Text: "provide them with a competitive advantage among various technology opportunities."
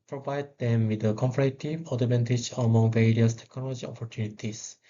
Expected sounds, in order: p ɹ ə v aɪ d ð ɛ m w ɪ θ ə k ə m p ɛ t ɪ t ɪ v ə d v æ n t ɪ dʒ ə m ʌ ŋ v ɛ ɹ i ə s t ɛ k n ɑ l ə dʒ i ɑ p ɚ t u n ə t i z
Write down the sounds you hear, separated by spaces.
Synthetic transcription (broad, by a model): p ɹ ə v aɪ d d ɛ m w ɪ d ə k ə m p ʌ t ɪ t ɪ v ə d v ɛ n t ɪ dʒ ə m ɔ ŋ v ɛ ɹ i ə s t ɛ k n ɑ l ə dʒ i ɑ p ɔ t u n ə t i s